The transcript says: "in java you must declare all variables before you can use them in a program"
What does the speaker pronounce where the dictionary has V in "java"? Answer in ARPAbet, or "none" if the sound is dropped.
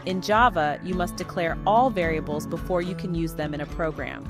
V